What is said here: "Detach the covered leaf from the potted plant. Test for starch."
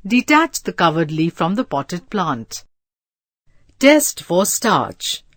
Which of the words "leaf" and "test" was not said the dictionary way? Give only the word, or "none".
none